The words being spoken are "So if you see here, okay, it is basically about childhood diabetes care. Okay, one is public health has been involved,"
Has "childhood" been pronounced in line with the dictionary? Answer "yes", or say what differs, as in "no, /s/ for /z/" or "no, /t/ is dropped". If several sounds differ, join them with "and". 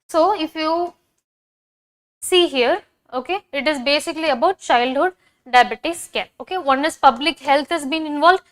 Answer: yes